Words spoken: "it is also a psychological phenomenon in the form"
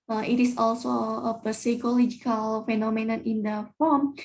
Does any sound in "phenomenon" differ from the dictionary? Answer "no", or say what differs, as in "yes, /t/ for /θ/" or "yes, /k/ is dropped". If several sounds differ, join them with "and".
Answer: no